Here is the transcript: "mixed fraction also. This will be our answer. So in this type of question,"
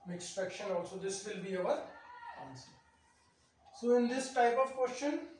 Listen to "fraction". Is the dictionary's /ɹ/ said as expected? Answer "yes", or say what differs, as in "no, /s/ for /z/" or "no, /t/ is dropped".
no, /ɹ/ is dropped